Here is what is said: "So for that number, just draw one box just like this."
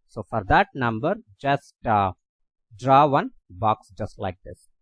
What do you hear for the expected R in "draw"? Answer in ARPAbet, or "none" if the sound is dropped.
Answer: R